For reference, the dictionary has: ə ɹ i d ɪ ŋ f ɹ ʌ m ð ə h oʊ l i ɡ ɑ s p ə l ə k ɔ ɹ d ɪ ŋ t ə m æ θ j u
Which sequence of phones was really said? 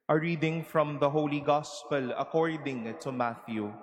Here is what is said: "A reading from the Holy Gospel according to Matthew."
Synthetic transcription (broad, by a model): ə ɹ i d ɪ ŋ f ɹ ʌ m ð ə h oʊ l i ɡ ɑ s p ə l ə k ɔ ɹ d ɪ ŋ t ə m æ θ j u